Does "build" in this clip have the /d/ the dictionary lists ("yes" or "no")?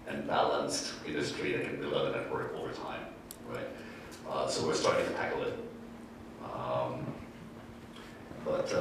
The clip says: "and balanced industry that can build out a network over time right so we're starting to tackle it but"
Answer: no